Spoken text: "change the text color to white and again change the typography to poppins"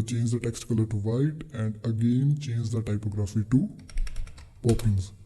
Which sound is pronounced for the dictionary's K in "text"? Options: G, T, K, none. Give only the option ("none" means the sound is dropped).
K